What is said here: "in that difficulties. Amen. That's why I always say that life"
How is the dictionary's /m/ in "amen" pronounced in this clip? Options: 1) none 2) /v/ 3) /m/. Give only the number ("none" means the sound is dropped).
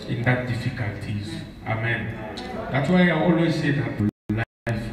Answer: 3